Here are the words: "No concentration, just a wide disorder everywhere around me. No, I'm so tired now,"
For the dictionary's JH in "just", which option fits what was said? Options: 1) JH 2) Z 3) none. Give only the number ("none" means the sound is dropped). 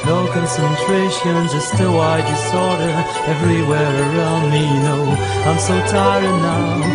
2